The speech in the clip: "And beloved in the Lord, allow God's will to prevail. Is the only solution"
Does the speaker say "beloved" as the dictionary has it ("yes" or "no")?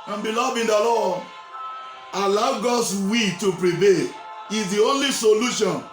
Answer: no